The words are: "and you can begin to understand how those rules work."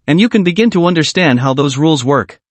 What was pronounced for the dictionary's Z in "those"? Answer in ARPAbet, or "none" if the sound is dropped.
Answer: Z